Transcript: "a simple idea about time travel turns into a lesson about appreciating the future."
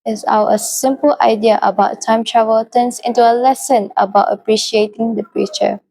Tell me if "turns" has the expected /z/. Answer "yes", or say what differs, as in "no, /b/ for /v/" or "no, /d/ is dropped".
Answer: no, /s/ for /z/